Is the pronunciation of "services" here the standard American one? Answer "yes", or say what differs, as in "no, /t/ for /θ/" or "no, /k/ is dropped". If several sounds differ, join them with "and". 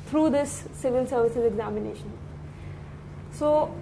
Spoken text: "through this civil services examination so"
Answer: yes